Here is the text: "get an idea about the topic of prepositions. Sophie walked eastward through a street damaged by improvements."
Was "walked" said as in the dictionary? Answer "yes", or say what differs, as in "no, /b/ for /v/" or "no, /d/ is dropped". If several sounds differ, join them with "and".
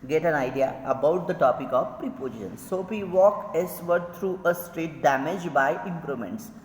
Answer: no, /t/ is dropped